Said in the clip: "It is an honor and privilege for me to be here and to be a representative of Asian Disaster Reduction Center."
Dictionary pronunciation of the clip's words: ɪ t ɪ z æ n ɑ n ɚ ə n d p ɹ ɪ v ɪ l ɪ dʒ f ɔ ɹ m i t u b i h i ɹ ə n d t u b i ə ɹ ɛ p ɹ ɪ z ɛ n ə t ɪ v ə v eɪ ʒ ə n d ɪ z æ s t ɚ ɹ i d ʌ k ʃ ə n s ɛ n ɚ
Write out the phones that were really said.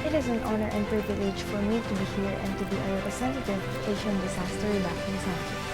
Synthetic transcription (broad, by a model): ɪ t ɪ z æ n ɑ n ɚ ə n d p ɹ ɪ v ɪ l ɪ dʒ f ɔ ɹ m i t u b i h i ɹ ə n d t u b i ə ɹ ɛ p ɹ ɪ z ɛ n t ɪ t ə v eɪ ʃ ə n d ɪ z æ s t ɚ ɹ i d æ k ə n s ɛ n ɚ